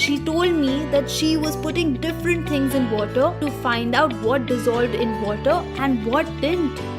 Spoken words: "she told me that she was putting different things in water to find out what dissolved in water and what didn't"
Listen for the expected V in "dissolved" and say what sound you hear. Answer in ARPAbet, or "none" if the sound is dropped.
V